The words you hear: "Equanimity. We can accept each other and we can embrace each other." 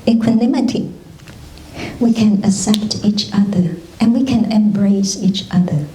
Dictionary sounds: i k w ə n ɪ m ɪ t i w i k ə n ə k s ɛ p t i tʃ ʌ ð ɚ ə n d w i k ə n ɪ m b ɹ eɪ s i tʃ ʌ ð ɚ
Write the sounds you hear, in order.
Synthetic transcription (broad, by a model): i k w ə n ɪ m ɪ t i w i k ə n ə s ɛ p t i tʃ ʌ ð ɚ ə n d w i k ə n ɪ m b ɹ eɪ s i tʃ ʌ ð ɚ